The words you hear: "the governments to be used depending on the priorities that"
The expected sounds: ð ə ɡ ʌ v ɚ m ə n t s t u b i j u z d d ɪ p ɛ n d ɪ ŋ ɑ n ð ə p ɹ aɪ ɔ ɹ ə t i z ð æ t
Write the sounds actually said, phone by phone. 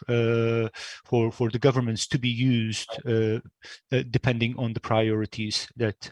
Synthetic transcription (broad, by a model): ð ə ɡ ʌ v ɚ m ə n t s t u b i j u z d d ɪ p ɛ n d ɪ ŋ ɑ n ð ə p ɹ aɪ ɔ ɹ ə t i z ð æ t